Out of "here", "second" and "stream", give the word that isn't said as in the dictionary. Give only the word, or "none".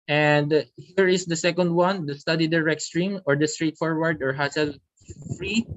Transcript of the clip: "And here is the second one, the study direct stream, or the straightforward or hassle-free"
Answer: none